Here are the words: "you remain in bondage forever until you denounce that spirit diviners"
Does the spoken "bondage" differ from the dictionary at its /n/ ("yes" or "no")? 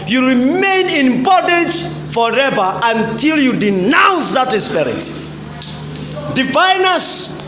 yes